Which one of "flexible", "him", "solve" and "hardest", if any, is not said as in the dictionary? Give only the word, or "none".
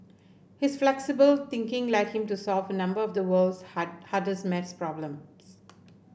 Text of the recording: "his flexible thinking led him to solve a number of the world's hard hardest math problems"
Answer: hardest